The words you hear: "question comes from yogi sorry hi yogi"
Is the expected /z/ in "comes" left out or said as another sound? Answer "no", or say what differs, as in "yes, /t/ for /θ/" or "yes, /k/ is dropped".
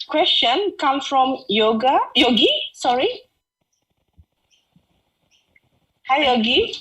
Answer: yes, /z/ is dropped